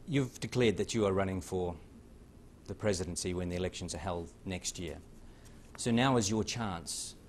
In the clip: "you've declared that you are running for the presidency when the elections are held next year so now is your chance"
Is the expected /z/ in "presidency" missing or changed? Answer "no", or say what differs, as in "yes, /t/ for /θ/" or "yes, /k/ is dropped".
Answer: no